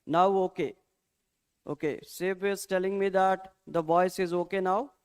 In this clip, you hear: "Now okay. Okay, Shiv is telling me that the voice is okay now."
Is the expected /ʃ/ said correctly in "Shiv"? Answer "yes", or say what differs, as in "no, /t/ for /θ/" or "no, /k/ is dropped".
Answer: no, /s/ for /ʃ/